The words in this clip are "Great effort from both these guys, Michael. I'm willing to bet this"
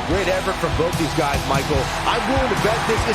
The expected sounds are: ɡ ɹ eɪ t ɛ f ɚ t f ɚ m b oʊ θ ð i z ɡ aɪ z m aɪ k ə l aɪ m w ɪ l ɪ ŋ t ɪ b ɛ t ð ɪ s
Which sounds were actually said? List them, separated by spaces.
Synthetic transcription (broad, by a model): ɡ ɹ eɪ t ɛ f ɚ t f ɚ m b oʊ θ ð i z ɡ aɪ z m aɪ k l aɪ m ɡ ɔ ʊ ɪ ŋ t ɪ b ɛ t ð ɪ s